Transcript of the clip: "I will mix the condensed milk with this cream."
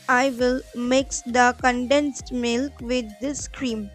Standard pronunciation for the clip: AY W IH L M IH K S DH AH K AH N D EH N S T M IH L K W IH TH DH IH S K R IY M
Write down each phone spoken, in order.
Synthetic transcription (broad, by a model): AY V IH L M IH K S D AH K AH N D EH N S T M IH L K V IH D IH S K R IY M